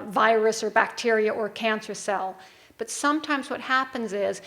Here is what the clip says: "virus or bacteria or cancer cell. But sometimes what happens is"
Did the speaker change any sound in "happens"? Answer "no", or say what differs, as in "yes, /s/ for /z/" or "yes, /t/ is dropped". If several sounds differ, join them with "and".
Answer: no